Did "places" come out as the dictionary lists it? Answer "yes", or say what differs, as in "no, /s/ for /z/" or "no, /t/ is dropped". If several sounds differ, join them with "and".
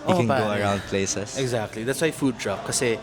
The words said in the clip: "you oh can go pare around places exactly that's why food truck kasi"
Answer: no, /s/ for /z/